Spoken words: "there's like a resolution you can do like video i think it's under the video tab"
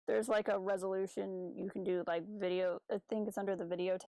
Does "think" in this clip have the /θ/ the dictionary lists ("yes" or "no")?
yes